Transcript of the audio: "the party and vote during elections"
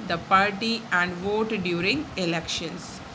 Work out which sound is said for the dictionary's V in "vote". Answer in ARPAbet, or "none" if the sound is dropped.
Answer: V